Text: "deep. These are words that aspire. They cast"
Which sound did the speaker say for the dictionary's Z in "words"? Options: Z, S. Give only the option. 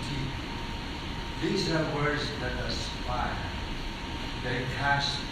Z